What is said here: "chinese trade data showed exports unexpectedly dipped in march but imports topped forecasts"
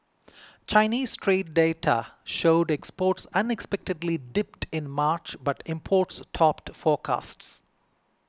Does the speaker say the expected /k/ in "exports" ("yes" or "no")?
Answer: yes